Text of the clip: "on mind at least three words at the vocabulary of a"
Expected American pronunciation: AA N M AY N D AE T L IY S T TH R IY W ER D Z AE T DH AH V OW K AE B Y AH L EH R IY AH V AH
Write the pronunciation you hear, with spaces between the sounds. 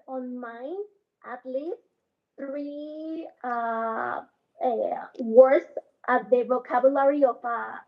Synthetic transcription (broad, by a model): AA N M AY N AE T L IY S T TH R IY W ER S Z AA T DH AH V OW K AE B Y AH L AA R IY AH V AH